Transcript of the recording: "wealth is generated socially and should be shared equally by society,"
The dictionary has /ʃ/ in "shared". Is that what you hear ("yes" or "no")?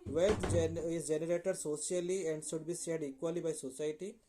no